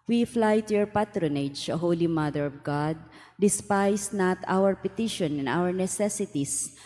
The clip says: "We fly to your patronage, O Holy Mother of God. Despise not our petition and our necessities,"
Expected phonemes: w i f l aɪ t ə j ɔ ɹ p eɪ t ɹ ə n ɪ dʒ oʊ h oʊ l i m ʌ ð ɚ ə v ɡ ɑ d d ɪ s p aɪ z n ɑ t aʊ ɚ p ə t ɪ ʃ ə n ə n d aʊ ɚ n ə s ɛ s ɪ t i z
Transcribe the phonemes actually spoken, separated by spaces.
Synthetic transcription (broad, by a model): w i f l aɪ t ə j ɔ ɹ p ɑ t ɹ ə n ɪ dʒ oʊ h oʊ l i m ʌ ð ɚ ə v ɡ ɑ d d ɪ s p aɪ s n ɑ t aʊ ɚ p ə t ɪ ʃ ə n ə n aʊ ɚ n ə s ɛ s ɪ t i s